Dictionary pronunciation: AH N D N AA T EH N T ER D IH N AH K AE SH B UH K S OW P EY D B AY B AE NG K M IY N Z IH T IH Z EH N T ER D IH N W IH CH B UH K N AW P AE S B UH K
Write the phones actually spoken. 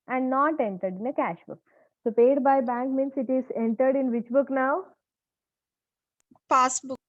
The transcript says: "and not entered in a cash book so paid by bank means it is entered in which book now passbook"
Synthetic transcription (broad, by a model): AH N D N AA T EH N T ER D IH N AH K AE SH B UH K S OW P EY D B AY B AE NG K M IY N S IH T IH Z EH N T ER D IH N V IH CH B UH K N AW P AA S B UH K